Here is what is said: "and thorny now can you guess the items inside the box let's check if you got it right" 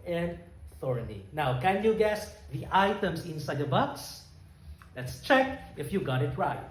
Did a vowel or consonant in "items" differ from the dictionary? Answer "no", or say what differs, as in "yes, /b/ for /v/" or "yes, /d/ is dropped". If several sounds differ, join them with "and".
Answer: yes, /s/ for /z/